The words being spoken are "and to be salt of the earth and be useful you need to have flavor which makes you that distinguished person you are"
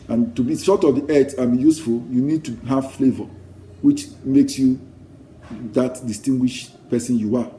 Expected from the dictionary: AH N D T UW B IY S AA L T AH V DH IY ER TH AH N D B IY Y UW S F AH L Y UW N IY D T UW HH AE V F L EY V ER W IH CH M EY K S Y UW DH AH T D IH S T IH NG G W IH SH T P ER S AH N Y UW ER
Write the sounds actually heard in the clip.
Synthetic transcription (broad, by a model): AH N T UW B IY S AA T AH V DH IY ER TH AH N B IY Y UW S F AH L Y UW N IY D T UW HH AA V F L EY V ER W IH CH M EY K S Y UW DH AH T D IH S T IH NG G W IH SH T P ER S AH N Y UW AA